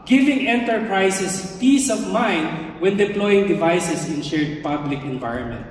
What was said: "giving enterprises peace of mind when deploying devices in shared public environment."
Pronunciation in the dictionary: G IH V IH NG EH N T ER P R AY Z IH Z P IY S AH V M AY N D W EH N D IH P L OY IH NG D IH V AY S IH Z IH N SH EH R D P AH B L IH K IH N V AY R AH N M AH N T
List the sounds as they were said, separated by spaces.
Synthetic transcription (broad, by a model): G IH V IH NG EH N T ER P R AY S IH S P IY S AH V M AY N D W EH N D IH P L OY IH NG D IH V AY S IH S IH N SH EH R D P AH B L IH K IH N V AY R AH N M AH N T